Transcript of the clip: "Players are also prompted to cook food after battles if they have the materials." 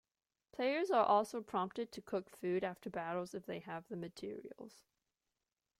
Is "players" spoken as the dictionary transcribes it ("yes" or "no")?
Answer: yes